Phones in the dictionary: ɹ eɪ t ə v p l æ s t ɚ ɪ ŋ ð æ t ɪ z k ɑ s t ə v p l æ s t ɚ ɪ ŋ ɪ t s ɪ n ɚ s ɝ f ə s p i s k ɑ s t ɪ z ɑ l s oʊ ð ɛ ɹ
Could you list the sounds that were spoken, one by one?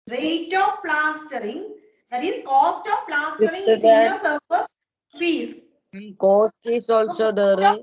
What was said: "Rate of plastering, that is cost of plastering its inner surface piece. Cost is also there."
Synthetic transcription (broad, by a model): ɹ eɪ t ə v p l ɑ s t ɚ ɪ ŋ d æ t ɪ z k ɑ s t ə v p l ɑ s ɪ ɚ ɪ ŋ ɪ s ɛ ɚ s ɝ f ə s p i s k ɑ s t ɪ s ɑ l s oʊ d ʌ ɹ